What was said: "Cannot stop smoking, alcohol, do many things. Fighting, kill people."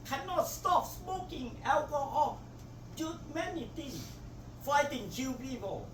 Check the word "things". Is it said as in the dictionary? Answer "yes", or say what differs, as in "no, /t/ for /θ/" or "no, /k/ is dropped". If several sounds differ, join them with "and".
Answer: no, /t/ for /θ/ and /s/ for /z/